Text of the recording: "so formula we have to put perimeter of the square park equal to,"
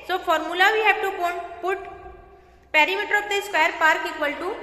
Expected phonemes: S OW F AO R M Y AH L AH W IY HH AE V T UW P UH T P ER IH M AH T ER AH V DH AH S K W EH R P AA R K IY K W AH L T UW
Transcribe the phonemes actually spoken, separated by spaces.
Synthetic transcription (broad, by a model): S OW F AO R M Y AH L AH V IY HH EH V T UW P UH T P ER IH M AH T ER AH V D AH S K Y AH R P AA R K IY K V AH L T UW